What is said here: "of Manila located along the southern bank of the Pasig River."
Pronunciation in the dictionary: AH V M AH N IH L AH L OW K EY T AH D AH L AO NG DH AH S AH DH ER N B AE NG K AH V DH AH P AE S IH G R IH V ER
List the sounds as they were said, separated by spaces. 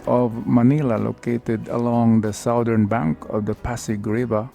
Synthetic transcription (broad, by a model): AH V M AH N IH L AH L OW K EY T AH D AH L AO NG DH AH S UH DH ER N B AE NG K AH V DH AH P AE S IH G R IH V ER